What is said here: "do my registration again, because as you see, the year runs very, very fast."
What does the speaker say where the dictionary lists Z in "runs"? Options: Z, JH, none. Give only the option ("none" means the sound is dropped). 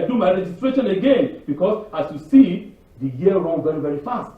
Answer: none